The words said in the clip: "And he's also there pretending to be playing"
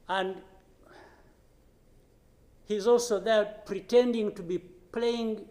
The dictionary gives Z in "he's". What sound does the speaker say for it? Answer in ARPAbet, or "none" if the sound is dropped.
Z